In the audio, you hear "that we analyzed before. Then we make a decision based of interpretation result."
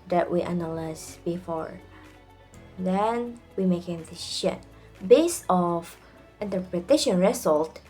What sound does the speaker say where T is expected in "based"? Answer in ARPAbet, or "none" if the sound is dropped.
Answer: none